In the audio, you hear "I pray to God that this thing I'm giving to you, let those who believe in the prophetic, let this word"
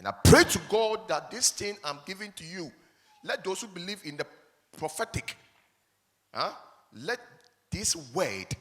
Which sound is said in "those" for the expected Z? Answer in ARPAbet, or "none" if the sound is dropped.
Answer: S